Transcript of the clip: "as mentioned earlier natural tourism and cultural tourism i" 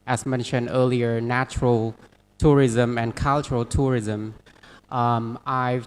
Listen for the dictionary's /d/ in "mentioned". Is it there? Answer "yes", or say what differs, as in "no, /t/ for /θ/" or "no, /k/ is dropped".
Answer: yes